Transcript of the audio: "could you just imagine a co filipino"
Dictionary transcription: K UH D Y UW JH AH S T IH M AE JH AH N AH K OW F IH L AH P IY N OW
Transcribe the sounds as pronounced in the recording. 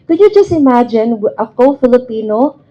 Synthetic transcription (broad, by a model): K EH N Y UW JH AH S T IH M AE JH AH N AH K OW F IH L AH P IY N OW